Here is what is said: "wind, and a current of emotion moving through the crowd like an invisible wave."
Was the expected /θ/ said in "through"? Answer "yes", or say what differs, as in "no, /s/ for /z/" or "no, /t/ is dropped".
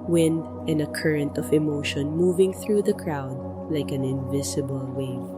yes